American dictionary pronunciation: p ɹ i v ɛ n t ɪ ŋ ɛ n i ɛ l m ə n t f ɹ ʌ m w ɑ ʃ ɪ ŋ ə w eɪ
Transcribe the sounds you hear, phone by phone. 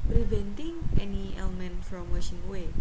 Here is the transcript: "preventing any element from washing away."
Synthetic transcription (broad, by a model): p ɹ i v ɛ n t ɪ ŋ ɛ n i ɛ l m ə n t f ɹ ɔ m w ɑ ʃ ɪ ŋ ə w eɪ